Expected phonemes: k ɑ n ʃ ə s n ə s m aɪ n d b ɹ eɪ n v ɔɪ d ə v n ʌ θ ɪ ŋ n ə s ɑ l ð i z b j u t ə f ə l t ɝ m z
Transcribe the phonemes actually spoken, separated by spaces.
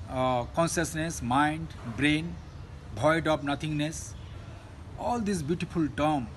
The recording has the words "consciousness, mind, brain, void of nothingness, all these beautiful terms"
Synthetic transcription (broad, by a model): k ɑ n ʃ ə s n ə s m aɪ n d b ɹ eɪ n b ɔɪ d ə p n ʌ t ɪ ŋ n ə s ɑ l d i s b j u t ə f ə l t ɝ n